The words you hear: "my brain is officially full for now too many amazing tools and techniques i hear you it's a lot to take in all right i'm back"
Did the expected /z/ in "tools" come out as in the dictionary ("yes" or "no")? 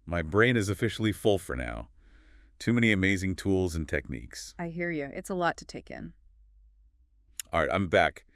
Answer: yes